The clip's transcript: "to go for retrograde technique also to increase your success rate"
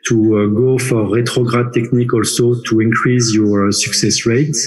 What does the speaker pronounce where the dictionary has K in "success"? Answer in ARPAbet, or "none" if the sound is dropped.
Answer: K